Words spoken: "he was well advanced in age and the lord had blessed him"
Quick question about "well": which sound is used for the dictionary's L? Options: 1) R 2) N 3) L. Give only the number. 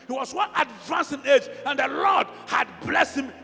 2